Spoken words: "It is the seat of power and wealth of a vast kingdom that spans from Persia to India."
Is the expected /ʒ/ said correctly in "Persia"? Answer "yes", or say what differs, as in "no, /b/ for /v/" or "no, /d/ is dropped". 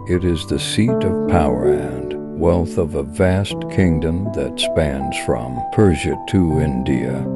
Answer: yes